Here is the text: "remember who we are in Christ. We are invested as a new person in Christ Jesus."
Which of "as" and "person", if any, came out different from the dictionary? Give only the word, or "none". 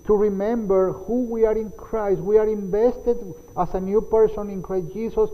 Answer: as